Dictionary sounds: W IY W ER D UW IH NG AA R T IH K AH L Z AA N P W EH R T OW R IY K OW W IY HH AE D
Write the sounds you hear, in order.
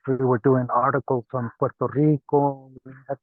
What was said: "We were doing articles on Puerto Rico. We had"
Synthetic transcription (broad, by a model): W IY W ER D UW IH NG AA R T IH K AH L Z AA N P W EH R T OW R IY K OW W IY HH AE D